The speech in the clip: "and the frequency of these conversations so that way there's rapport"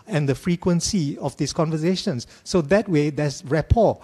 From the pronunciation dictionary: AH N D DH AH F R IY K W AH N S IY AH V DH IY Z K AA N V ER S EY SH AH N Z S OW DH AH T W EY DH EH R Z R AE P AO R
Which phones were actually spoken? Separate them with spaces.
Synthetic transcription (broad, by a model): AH N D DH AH F R IY K W AH N S IY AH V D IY S K AA N V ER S EY SH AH N S OW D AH T W EY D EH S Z R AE P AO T